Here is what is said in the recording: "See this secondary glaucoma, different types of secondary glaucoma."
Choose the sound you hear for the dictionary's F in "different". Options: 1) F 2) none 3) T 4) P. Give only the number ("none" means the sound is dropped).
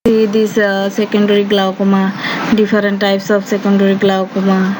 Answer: 4